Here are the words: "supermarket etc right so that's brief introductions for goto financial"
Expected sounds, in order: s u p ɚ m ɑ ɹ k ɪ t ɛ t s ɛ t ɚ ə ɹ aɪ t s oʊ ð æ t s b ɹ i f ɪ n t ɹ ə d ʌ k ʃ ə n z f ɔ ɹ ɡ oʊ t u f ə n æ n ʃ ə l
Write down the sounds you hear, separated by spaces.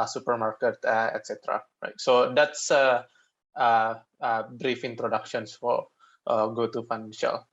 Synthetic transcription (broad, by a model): s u p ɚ m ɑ ɹ k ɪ t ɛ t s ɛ t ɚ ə ɹ aɪ t s oʊ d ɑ t s b ɹ i f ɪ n t ɹ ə d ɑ k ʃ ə n s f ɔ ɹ ɡ oʊ t u f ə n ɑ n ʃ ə l